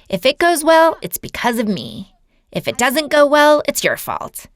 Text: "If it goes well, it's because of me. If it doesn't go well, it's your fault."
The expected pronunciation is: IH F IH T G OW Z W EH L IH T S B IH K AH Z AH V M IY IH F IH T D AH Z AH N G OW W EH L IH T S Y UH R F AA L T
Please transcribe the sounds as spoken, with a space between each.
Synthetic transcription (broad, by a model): IH F IH T G OW Z W EH L IH T S B IH K AH Z AH V M IY IH F IH T D AH Z AH N G OW W EH L IH T S Y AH R F AA L T